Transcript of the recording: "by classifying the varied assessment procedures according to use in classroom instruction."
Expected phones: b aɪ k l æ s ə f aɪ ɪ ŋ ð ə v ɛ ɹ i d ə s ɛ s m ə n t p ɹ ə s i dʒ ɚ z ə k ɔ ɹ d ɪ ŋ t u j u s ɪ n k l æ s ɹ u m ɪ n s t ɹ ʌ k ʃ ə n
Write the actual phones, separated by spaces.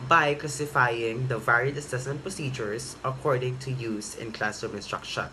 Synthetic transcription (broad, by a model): b aɪ k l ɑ s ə f aɪ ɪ ŋ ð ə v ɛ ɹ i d ə s ɛ s m ə n t p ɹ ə s i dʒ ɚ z ə k ɔ ɹ d ɪ ŋ t u j u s ɪ n k l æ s u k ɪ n s t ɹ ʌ k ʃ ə n